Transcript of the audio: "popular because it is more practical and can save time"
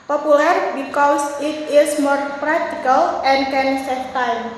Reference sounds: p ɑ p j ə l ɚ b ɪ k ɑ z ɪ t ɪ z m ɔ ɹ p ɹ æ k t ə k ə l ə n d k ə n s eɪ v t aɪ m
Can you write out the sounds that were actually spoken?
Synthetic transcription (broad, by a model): p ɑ p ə l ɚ b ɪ k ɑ s ɪ t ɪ s m ɔ ɹ p ɹ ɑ k t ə k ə l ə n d k ə n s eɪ f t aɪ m